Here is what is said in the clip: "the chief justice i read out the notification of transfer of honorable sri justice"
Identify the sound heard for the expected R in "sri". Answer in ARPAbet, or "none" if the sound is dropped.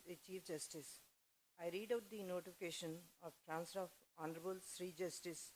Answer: R